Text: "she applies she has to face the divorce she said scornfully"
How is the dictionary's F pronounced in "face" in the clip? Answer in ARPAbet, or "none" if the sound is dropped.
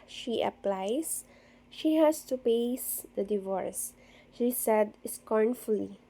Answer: P